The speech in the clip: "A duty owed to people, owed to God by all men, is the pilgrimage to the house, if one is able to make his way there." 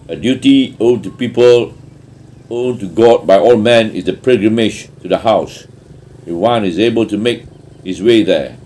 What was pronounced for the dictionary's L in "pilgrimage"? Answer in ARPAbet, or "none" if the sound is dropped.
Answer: none